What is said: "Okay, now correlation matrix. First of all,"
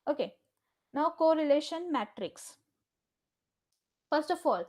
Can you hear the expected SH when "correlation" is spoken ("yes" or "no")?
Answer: yes